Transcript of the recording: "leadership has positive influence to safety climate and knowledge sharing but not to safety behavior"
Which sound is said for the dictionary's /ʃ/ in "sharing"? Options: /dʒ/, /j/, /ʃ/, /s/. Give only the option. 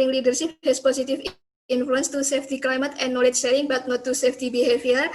/s/